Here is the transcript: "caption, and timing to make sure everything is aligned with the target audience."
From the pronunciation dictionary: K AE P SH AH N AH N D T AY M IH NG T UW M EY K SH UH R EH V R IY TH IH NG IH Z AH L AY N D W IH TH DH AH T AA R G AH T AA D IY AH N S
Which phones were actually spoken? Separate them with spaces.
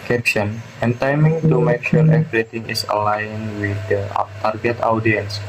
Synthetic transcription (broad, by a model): K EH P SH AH N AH N T AY M IH NG T UW M EY K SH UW R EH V R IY T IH NG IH S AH L AY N W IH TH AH T AA R G AH T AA D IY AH N S